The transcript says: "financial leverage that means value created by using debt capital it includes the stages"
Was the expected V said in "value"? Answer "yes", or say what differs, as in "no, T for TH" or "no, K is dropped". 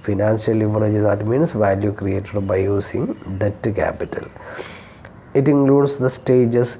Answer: yes